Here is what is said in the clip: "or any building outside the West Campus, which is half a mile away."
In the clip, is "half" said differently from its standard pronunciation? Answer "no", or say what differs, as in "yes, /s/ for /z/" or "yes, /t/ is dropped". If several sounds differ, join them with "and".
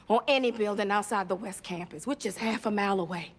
no